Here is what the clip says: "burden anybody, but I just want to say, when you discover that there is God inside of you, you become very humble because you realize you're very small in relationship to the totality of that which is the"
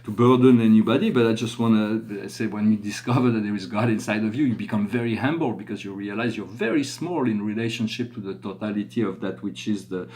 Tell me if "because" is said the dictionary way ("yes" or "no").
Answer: yes